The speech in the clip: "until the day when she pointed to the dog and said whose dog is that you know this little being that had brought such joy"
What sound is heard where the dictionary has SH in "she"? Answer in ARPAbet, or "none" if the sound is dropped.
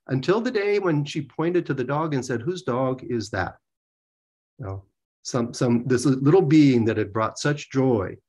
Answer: SH